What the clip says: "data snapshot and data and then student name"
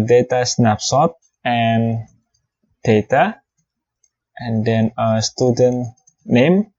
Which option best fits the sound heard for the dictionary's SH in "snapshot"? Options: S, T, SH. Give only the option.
S